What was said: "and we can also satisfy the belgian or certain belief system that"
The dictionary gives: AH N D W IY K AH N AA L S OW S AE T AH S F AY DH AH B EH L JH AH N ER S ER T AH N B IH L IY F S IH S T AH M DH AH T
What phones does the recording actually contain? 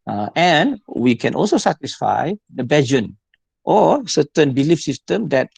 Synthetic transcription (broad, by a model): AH N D W IY K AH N AA L S OW S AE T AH S F AY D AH B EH JH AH N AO S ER T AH N B IH L IY F S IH S T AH M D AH T